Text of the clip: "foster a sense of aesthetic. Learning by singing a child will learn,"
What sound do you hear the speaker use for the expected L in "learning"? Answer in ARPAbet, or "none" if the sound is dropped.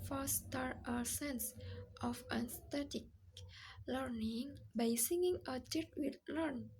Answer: L